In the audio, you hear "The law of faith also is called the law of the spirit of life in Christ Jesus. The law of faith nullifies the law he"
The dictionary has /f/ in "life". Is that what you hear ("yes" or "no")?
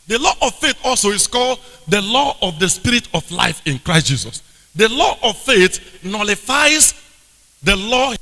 yes